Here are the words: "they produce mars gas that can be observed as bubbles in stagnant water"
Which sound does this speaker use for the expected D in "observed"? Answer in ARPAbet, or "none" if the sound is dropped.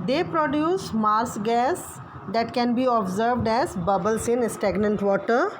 D